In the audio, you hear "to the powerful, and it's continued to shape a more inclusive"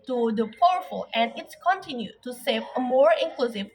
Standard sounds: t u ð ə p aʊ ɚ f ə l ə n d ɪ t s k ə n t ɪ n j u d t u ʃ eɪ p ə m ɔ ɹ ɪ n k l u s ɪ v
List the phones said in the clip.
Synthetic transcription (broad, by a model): t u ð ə p aʊ ɚ f ə l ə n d ɪ t s k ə n t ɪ n j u t u s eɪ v ə m ɔ ɹ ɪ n k l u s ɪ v